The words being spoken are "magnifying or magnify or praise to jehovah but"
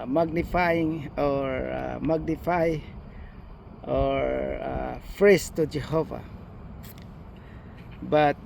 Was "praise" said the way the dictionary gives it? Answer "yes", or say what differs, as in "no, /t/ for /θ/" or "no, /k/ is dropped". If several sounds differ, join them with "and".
no, /f/ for /p/ and /s/ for /z/